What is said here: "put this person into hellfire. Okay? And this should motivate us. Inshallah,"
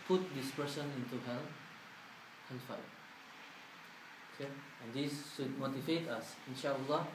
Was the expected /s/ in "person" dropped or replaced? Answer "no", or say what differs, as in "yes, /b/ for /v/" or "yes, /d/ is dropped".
yes, /ʃ/ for /s/